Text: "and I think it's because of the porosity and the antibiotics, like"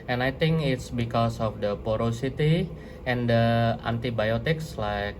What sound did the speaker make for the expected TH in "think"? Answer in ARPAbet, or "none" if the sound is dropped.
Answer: T